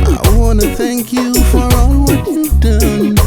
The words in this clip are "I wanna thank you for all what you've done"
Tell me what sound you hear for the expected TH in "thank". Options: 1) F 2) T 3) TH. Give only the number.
3